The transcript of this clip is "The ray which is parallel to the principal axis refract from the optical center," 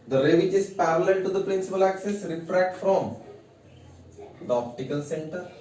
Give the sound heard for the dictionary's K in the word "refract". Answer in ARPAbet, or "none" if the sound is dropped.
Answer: K